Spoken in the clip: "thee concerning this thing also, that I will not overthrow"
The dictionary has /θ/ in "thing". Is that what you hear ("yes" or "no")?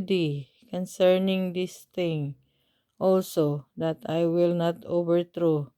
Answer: no